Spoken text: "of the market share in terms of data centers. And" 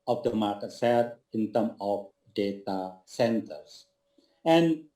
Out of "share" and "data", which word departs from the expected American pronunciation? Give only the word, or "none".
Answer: share